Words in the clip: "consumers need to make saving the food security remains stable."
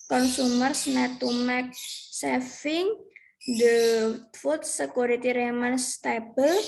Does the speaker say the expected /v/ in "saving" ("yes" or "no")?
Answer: no